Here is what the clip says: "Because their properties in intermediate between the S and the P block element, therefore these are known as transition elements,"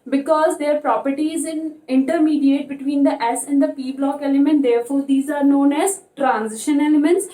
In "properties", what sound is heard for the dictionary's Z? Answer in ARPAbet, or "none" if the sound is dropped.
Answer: Z